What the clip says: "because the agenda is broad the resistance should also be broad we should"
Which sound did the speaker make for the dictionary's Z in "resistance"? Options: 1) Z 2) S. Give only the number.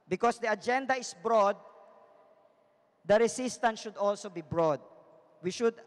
2